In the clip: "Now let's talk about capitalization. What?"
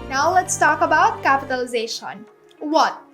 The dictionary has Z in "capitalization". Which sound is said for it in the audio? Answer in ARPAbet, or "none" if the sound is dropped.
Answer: Z